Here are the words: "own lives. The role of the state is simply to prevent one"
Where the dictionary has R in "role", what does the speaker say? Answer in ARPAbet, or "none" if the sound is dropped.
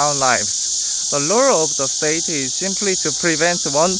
L